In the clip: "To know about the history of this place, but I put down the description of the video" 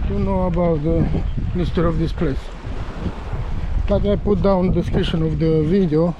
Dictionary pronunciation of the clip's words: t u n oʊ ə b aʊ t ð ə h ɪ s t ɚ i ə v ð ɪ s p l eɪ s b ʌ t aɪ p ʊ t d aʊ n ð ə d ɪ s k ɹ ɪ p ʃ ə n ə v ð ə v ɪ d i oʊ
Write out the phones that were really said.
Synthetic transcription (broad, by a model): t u n oʊ ə b aʊ t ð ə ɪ s t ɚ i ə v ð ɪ s p l eɪ s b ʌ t aɪ p ʊ t d aʊ n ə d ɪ s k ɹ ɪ ʃ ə n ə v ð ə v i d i oʊ